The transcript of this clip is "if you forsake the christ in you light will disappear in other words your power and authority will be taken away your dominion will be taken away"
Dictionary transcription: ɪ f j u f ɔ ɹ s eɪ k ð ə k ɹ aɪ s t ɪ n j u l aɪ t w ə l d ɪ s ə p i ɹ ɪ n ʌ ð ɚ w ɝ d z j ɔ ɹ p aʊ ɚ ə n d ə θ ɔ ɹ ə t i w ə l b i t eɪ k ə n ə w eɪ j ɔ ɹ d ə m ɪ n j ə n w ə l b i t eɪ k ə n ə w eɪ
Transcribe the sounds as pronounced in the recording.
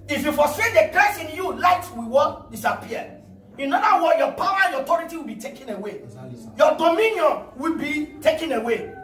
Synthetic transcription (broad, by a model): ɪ f j u f ɔ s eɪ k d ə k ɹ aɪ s ɪ n j u l aɪ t w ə w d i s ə p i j ɪ n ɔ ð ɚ w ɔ j ɔ p aʊ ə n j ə t ɔ ɹ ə t i w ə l b i t eɪ k ə n ə w eɪ j ɔ d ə m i n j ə n w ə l b i t eɪ k ə n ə w eɪ